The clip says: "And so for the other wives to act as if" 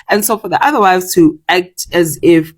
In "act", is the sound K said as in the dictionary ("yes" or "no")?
yes